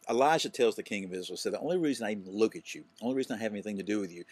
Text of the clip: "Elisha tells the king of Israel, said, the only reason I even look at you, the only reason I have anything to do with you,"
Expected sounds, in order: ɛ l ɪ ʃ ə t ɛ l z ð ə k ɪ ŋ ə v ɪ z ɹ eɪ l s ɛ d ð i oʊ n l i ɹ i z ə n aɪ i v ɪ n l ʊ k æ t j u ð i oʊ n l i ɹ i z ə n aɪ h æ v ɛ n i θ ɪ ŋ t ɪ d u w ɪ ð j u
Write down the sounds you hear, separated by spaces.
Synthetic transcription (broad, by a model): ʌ l ɪ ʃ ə t ɛ l z ð ə k ɪ ŋ ə v ɪ z ɹ l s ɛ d ð i oʊ n l i ɹ i z ə n aɪ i v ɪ n l ʊ k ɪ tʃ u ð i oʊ l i ɹ i z ə n aɪ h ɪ v ɛ n i θ ɪ ŋ t ɪ d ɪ w ɪ ð j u